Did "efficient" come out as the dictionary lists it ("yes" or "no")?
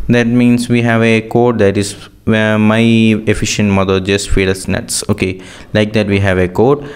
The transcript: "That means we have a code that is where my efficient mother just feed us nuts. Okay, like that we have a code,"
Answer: yes